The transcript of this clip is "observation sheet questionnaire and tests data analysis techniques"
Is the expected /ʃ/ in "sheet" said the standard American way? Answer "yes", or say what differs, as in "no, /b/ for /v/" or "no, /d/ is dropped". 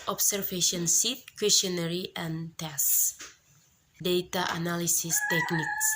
no, /s/ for /ʃ/